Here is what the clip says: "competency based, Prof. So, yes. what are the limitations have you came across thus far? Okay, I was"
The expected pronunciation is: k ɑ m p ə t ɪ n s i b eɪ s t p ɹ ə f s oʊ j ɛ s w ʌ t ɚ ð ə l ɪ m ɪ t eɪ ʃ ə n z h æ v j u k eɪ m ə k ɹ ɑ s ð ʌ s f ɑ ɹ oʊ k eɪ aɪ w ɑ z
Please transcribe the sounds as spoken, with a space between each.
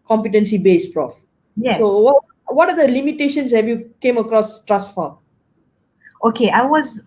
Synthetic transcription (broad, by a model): k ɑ m p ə t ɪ n s i b eɪ s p ɹ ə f s oʊ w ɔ w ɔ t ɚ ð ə l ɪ m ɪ t eɪ ʃ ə n s h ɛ v j u k eɪ m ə k ɹ ɑ s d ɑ s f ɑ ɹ oʊ k eɪ aɪ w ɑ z